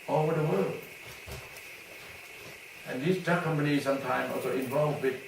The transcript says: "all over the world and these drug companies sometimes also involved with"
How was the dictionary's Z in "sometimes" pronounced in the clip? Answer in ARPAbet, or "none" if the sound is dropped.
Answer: none